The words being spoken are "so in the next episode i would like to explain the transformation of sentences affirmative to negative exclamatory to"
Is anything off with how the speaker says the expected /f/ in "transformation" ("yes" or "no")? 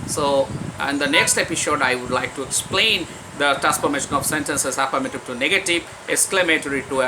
yes